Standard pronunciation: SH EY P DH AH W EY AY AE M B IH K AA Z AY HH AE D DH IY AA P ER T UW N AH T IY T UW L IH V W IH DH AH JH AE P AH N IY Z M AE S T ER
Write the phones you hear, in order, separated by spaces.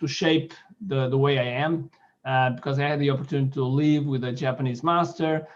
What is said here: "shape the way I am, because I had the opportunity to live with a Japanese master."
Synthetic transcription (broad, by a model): SH EY P DH AH W EY AY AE M B IH K AA Z AY HH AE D DH IY AA P ER T UW N AH T IY T UW L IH V W IH DH AH JH AE P AH N IY Z M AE S T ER